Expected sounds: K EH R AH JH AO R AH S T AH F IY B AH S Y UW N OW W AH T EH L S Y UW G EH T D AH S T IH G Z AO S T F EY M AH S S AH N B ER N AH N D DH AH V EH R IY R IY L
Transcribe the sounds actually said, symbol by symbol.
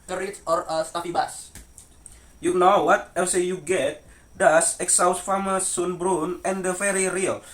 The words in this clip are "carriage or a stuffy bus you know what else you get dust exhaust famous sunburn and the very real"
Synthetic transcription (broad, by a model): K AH R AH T AO R AH S T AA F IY B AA S Y UW N OW W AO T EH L S Y UW G EH T D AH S IH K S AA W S F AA M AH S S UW N B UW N AH N D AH F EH R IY R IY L